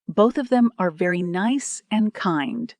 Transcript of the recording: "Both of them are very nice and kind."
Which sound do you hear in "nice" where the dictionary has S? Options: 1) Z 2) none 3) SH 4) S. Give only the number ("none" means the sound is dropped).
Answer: 4